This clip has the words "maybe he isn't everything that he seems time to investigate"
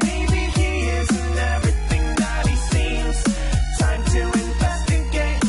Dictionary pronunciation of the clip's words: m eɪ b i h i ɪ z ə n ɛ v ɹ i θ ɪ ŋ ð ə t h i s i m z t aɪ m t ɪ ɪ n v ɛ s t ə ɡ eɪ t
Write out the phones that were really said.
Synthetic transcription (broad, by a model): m eɪ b i h i ɪ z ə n ɛ v ɹ i θ ɪ ŋ ð ə t h i s i m z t aɪ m t ɪ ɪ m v ɛ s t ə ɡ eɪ